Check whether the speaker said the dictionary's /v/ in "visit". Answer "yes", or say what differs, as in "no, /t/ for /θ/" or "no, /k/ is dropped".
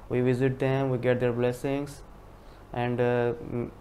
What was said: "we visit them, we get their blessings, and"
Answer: yes